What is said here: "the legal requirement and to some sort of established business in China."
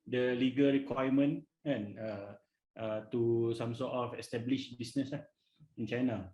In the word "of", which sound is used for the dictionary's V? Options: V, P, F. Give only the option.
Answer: F